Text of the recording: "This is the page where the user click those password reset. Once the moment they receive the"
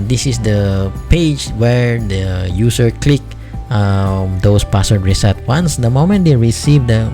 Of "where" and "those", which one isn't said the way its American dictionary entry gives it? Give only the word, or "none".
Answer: those